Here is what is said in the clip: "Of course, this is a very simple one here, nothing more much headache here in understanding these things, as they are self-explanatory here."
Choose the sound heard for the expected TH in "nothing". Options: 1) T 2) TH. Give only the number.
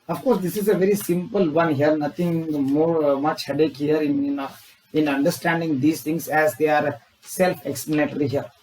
1